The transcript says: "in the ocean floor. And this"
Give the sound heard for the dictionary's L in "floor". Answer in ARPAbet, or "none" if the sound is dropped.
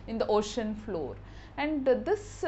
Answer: L